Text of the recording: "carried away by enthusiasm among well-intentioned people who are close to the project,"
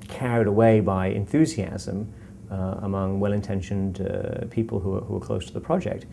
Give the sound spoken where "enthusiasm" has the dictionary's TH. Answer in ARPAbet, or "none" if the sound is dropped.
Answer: TH